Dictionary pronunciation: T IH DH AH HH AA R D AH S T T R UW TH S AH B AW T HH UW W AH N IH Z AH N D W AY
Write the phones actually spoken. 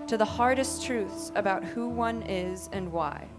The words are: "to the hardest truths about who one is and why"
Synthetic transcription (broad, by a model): T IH DH AH HH AA R D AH S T T R UW TH S AH B AW T HH UW W AH N IH Z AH N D W AY